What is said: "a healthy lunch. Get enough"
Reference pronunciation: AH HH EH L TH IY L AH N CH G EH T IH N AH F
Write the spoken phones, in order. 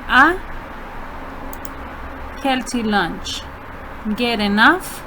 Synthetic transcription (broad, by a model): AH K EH L T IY L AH N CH G EH T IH N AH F